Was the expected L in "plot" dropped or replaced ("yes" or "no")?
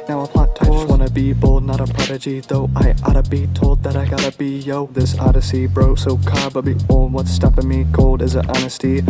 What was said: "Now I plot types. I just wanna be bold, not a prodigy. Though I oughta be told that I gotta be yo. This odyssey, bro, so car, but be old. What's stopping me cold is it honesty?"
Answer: yes